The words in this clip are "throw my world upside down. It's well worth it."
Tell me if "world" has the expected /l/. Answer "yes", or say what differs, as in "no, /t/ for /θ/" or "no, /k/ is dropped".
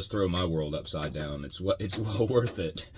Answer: yes